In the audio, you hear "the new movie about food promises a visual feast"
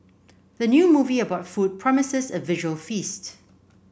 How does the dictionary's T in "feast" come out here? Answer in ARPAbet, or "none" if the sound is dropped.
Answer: T